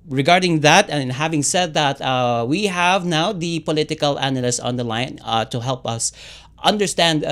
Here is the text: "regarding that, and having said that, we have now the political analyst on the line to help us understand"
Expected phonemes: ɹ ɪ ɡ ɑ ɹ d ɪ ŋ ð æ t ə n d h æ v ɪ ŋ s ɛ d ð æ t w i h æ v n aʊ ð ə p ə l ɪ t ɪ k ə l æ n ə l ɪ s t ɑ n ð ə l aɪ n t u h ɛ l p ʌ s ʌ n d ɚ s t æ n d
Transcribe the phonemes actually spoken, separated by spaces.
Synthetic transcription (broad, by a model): ɹ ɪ ɡ ɑ ɹ d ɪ ŋ ð æ t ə n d h æ v ɪ ŋ s ɛ d ð æ t w i h æ v n aʊ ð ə p ə l ɪ t ɪ k ə l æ n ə l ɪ s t ɑ n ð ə l aɪ n t u h ɛ l p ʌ s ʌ n d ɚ s t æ n d